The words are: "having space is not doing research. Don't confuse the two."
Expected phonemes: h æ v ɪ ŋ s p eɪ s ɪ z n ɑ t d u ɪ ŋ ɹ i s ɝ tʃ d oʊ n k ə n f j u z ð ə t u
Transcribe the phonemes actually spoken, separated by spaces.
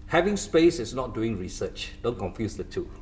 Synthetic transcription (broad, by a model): h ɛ v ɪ ŋ s p eɪ s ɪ s n ɑ t d u ɪ ŋ ɹ i s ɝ tʃ d oʊ n k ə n f j u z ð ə t u